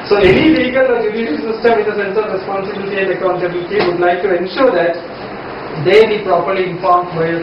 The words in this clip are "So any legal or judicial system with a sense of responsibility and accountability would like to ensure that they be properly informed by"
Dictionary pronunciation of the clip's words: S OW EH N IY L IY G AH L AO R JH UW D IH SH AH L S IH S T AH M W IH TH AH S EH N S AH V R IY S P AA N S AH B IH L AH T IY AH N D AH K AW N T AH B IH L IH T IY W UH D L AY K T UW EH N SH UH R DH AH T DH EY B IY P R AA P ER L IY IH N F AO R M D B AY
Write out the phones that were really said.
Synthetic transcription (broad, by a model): S OW EH N IY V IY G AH L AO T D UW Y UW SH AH N S IH S T AH M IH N AH S EH N S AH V R IY S P AA N S AH B IH L AH T IY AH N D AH K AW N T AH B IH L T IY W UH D L AY K T UW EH N SH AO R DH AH T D EY B IY P R AA P ER L IY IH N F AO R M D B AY